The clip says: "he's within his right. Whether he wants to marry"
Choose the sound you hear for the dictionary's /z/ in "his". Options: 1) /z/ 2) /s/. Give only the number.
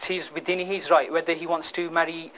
1